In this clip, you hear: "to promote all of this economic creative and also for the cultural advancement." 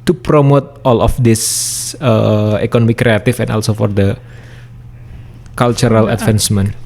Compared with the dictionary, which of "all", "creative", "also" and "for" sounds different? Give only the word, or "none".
creative